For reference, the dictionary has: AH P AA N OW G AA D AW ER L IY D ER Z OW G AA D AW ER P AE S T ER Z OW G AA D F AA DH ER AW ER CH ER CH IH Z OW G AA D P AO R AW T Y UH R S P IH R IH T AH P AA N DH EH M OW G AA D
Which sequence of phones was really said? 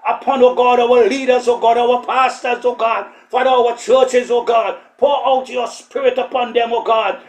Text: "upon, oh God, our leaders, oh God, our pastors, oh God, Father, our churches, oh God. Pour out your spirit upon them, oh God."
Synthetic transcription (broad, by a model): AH P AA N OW G AA D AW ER L IY D ER Z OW G AA D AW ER P AE S T ER Z OW G AA D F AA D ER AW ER CH ER CH IH Z OW G AA D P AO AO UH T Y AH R S P IH R IH T AH P AA N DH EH M OW G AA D